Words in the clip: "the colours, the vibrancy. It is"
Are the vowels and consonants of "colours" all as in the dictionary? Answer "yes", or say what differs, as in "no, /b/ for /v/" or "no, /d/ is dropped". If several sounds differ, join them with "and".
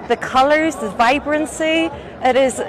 yes